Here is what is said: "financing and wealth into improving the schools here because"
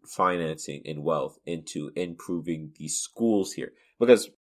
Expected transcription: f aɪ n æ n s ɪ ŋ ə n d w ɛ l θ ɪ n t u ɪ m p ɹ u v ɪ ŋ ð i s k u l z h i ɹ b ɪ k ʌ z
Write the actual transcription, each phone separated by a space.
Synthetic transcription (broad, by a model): f aɪ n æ n s ɪ ŋ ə n w ɛ l θ ɪ n t u ɪ m p ɹ u v ɪ ŋ ð i s k u l z h i ɹ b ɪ k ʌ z